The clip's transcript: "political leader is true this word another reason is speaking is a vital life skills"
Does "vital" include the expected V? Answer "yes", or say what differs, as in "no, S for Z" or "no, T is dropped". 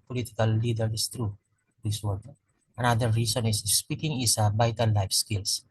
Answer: no, B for V